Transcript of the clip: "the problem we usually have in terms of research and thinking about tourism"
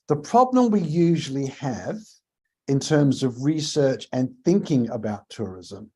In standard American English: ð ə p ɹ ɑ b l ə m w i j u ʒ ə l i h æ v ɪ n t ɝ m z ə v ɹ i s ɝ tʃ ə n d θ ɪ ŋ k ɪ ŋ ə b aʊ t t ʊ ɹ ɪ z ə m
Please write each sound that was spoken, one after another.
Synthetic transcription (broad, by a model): ð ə p ɹ ɑ b l ə m w i j u ʒ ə l i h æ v ɪ n t ɝ m z ə v ɹ i s ɝ tʃ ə n θ ɪ ŋ k ɪ ŋ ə b aʊ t t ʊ ɹ ɪ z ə m